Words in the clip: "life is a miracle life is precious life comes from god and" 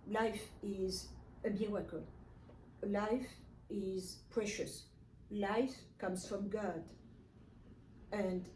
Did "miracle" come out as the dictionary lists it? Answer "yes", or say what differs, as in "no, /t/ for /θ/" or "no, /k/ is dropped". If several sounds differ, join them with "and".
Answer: no, /w/ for /ɹ/